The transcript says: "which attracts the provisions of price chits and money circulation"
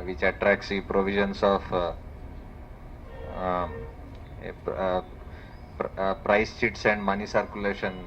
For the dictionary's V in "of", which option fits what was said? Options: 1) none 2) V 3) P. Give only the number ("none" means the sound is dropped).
3